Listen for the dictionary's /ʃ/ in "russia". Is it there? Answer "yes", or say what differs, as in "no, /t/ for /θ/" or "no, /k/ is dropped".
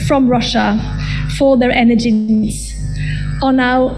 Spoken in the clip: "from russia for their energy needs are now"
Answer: yes